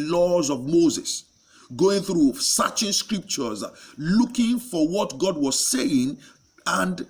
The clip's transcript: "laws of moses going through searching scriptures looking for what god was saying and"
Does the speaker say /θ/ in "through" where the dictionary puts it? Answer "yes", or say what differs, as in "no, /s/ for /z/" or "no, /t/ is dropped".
yes